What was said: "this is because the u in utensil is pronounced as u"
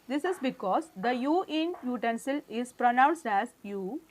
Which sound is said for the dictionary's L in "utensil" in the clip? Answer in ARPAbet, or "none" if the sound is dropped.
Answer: L